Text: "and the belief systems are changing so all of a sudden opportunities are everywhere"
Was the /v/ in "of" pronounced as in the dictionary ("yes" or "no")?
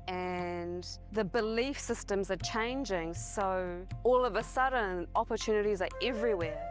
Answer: yes